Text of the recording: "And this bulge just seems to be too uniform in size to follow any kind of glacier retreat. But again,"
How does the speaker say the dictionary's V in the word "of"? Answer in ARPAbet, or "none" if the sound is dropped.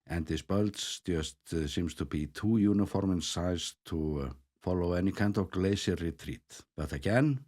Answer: V